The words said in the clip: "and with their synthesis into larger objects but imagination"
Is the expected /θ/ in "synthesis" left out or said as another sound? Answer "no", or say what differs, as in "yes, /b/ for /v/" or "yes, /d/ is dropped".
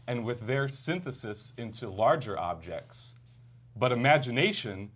no